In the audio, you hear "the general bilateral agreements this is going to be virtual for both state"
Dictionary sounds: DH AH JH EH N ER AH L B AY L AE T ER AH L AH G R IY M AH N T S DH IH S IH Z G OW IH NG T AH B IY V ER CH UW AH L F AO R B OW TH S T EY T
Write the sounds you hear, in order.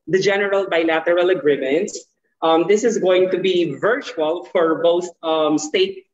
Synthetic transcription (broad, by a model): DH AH JH EH N ER AH L B AY L AE T ER AH L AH G R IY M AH N T S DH IH S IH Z G OW IH NG T AH B IY V ER CH UW AH L F AO R B OW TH S T EY T